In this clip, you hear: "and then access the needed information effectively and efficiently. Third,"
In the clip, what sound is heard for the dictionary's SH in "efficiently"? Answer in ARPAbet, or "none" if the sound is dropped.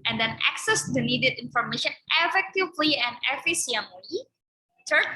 S